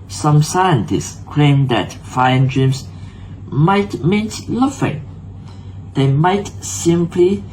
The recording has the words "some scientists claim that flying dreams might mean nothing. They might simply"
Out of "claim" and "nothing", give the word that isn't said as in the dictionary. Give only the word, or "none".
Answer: nothing